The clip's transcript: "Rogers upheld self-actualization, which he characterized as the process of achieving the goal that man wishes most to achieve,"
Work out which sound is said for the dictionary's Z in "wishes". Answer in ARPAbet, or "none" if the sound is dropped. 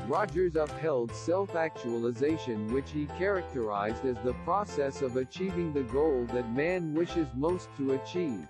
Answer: Z